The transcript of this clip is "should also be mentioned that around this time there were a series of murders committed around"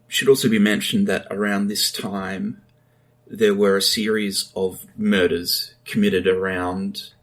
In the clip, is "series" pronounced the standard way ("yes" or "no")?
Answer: yes